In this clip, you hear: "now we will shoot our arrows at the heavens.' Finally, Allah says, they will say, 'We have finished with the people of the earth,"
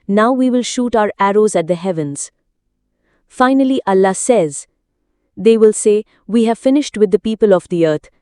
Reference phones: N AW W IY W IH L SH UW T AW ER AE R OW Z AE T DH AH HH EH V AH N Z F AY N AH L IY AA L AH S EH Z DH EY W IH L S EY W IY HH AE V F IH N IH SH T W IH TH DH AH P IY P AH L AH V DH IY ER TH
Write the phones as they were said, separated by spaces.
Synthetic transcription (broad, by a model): N AW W IY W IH L SH UW T AW ER AE R OW Z AE T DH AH HH EH V AH N Z F AY N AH L IY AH L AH S EH Z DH EY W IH L S EY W IY HH AE V F IH N IH SH T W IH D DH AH P IY P AH L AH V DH IY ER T